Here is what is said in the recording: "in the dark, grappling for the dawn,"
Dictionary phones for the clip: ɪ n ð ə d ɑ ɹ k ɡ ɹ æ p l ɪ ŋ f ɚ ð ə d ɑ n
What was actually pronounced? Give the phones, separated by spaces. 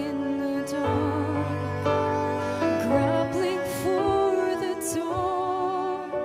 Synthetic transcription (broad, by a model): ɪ n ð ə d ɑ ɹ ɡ ɹ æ b l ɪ ŋ f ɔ ð ə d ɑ